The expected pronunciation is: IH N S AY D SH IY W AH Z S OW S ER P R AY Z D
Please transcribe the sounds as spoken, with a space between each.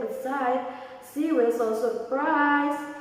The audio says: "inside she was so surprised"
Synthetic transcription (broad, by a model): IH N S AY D S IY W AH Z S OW S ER P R AY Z